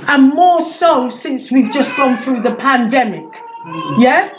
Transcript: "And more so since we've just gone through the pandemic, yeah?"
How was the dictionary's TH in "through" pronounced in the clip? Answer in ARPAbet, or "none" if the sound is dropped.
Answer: TH